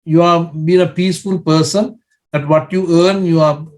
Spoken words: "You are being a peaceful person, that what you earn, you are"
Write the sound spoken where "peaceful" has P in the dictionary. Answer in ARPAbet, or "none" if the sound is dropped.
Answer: P